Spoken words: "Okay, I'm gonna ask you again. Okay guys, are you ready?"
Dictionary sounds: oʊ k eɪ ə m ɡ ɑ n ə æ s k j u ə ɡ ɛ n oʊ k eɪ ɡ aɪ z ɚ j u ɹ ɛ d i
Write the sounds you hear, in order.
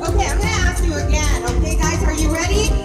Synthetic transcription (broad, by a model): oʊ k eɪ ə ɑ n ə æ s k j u ə ɡ ɛ n oʊ k eɪ ɡ aɪ z ɚ j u ɹ ɛ d i